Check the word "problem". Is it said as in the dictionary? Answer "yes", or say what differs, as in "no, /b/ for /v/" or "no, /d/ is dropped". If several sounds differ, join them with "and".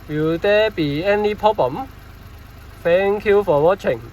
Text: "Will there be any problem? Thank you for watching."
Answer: no, /ɹ/ is dropped